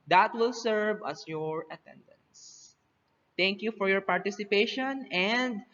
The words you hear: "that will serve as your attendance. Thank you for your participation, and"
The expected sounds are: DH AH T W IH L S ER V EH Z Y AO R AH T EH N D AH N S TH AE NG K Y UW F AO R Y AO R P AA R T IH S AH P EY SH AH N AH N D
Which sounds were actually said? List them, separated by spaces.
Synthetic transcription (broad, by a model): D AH T W IH L S ER V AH S Y AO R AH T EH N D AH N S T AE NG K Y UW F AO R Y AO R P AA R T IH S AH P EY SH AH N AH N D